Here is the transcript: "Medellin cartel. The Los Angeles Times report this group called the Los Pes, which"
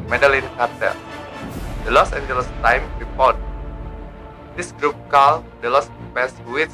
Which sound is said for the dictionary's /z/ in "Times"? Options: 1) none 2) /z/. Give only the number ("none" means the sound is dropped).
1